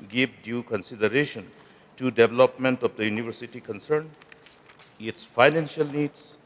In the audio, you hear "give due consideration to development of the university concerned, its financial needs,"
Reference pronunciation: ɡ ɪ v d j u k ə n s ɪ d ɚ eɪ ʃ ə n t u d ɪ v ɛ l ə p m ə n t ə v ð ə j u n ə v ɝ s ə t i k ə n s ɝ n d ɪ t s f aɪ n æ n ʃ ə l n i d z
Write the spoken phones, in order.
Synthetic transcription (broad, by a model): ɡ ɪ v d j u k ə n s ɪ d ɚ eɪ ʃ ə n t u d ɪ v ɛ l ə p m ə n t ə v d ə j u n ə v ɝ s ə t i k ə n s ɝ n ɪ t s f aɪ n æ n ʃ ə l n i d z